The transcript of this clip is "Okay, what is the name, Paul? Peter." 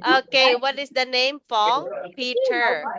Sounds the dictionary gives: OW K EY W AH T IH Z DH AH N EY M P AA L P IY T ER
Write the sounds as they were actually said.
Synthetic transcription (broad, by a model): OW K EY W AH T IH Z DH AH N EY M F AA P IY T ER